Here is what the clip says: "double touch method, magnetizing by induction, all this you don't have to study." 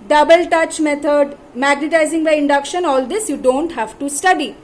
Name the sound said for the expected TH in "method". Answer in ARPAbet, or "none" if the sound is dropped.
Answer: T